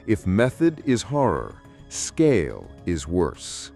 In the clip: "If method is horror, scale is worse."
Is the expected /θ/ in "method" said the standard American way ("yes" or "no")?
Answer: yes